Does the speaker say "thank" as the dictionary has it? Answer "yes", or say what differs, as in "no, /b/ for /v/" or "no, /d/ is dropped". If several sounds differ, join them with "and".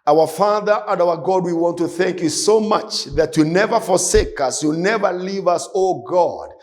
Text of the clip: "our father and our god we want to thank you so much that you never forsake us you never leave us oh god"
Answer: yes